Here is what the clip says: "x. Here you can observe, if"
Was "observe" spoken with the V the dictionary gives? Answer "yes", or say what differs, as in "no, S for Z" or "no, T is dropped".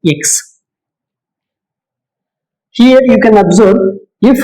no, B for V